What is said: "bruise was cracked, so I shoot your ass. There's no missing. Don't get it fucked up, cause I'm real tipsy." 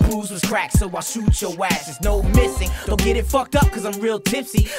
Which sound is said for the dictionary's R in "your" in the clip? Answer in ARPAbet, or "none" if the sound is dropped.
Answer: W